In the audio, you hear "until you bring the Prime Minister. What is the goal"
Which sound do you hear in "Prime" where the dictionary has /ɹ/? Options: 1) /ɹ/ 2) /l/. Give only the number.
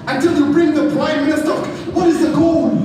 2